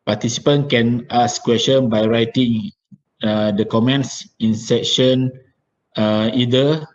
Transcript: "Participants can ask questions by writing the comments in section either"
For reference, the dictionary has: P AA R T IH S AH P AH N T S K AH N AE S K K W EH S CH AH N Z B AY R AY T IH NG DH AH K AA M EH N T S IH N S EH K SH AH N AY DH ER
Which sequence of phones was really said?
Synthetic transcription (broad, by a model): P AA T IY S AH P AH N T K AH N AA S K K W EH S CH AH N B AY R AY T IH NG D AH K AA M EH N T S IH N S EH K SH AH N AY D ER